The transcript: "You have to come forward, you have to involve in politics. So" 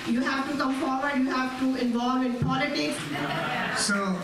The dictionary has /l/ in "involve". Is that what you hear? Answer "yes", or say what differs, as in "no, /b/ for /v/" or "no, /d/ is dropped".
yes